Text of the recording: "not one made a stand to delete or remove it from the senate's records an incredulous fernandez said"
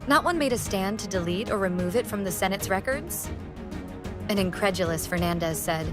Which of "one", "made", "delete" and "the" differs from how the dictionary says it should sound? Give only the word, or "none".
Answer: none